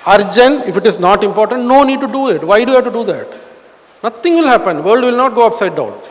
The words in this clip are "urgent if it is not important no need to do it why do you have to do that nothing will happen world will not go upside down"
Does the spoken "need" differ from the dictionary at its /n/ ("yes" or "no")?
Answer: no